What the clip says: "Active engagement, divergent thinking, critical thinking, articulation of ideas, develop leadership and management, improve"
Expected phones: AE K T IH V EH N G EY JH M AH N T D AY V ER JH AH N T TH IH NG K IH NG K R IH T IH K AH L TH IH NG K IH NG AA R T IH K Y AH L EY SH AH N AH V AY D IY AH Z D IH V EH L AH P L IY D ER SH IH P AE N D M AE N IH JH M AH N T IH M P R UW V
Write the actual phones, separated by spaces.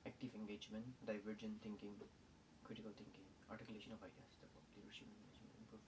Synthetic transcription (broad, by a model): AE K T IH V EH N G EY JH M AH N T D AY V ER JH AH N T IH NG K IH NG K R IH T IH K AH L T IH NG K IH NG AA R T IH K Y L EY SH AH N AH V AY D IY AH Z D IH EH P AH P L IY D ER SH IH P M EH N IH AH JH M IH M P R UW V